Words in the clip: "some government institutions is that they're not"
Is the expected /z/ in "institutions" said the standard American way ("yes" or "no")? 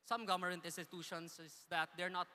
no